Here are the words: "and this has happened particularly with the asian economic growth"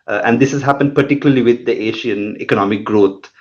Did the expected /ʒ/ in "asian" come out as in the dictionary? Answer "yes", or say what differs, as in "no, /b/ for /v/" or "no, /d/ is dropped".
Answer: no, /ʃ/ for /ʒ/